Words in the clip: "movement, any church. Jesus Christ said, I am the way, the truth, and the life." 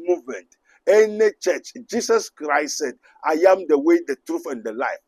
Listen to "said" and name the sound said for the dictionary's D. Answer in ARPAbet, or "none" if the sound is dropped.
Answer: D